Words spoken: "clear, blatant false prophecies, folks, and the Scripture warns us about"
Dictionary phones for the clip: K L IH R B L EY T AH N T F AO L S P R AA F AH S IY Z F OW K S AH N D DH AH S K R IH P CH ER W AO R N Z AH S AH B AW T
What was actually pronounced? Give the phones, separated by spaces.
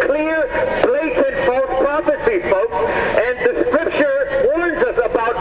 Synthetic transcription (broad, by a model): K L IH R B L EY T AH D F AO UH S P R AA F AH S IY F OW K S AH N D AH S K R IH P SH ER W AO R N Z AH S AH B AW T